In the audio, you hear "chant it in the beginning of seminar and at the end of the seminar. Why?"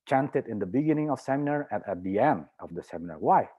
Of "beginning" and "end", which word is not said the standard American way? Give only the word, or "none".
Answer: none